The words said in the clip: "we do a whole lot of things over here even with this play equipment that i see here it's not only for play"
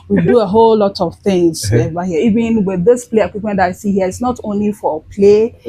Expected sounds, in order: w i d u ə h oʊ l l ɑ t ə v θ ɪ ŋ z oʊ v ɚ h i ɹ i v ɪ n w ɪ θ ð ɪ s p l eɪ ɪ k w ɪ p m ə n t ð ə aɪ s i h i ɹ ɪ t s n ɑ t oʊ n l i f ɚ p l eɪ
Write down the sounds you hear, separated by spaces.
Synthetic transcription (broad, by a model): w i d u ə h oʊ l l ɑ t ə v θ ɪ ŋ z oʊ b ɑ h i i v ɪ n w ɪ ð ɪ s p l eɪ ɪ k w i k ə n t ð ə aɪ s i h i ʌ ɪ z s n ɑ t oʊ n l i f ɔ p l eɪ